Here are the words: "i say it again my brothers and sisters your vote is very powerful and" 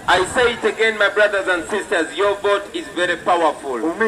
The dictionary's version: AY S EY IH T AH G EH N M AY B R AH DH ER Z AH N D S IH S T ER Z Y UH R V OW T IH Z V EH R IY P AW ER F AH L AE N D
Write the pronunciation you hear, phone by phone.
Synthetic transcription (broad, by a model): AY S EY IH T AH G EH N M AY B R AH DH ER Z AH N D S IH S T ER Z Y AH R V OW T IH Z V EH R IY P AW ER F AH L